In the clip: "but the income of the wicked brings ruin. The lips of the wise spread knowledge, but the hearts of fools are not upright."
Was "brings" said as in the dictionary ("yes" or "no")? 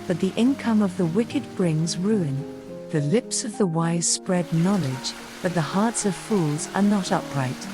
yes